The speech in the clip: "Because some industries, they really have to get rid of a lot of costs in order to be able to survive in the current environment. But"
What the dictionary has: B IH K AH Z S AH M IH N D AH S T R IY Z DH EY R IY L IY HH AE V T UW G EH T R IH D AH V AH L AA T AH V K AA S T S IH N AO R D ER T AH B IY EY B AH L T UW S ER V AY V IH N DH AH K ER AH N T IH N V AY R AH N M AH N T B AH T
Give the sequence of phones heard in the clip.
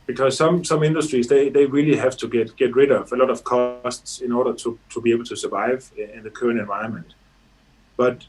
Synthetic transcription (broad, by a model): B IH K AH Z S AH M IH N D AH S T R IY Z DH EY R IY L IY HH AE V T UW G EH T R IH D AH V AH L AA T AH V K AA S T S IH N AO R D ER T AH B IY EY B AH L T UW S ER V AY V IH N DH AH K ER AH N T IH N V AY AH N M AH N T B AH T